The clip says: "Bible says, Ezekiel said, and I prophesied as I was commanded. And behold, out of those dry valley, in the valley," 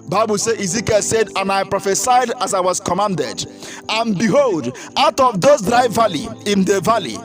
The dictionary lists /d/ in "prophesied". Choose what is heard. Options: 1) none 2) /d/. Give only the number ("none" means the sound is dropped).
2